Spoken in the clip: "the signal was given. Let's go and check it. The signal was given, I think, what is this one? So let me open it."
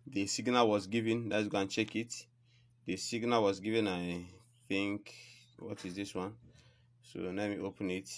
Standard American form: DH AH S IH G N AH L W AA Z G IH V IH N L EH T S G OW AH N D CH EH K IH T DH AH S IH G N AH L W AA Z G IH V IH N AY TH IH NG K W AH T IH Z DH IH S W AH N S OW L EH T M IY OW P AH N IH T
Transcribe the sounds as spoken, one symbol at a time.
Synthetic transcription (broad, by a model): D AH S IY G N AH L W AA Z G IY V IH N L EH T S G OW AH N CH EH K IH T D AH S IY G N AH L W AA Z G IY V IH N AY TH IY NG K W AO T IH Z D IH S W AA N S OW N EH M IY OW P AH N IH T